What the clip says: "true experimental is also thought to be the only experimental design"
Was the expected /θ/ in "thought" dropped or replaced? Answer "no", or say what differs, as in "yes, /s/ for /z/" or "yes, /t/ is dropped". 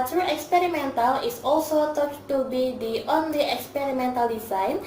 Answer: yes, /t/ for /θ/